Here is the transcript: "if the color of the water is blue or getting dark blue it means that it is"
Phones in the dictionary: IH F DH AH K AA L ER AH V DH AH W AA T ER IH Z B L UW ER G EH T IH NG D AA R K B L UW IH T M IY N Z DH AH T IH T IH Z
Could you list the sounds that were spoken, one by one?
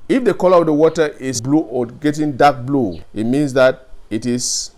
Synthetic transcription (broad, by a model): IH F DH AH K AA L ER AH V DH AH W AA T ER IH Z B L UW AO G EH T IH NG D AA K B L UW IH T M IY N S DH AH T IH T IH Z